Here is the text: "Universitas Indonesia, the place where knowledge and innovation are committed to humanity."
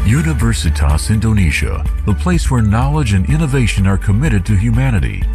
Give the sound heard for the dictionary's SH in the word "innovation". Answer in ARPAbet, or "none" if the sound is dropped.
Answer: SH